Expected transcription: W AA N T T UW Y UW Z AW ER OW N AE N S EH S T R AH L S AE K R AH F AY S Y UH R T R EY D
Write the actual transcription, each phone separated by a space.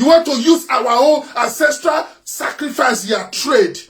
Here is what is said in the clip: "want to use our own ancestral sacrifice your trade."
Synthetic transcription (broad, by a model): W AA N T T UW Y UW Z AW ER OW N AE N S EH S T R AH L S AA K R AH F AY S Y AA T R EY D